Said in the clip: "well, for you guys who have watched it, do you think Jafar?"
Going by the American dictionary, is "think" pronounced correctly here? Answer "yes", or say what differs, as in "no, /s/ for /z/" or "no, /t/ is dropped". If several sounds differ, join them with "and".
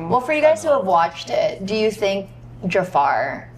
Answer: yes